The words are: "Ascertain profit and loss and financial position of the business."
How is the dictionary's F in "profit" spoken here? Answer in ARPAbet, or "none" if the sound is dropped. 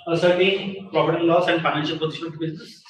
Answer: P